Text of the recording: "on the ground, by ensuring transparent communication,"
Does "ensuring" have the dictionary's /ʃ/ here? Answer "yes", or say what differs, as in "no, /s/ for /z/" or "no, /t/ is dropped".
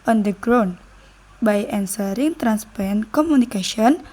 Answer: no, /s/ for /ʃ/